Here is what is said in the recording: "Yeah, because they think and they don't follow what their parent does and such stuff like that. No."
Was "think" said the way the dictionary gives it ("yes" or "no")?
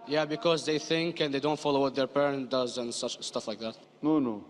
yes